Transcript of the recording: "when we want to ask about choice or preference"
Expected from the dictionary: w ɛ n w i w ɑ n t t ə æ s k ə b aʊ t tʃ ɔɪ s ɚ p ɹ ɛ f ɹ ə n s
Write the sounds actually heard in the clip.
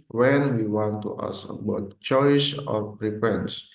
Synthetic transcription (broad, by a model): w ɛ n w i w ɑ n t t ə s ə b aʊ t tʃ ɔɪ s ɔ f ɹ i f ɹ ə n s